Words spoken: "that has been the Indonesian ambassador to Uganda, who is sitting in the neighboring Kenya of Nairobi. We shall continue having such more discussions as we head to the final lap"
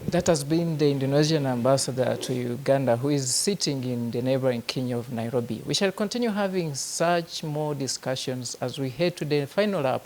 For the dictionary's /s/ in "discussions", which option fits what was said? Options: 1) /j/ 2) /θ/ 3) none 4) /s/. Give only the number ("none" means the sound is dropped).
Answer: 4